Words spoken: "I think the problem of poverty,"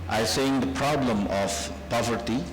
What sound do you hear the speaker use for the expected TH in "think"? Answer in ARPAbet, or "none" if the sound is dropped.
S